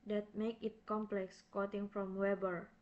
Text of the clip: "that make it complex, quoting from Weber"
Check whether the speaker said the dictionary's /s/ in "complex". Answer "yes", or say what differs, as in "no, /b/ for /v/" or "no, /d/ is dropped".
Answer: yes